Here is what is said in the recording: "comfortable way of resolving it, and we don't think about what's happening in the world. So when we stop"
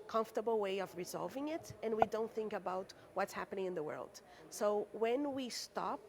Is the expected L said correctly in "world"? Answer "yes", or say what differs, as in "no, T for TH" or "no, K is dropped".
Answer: yes